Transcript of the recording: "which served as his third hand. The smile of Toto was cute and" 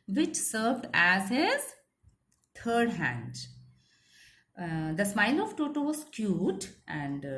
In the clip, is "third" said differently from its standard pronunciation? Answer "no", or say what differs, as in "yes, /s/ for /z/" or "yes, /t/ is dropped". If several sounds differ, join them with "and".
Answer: yes, /t/ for /θ/